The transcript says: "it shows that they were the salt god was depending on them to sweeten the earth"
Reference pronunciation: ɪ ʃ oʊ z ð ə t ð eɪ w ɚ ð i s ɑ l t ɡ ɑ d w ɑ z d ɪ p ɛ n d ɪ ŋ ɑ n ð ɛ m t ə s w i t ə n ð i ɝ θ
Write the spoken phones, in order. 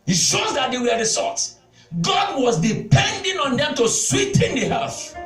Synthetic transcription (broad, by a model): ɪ ʃ oʊ z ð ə t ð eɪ w ɚ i s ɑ t ɡ ɑ d w ɑ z d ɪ p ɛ n d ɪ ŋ ɑ n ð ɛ m t ə s w i t ə n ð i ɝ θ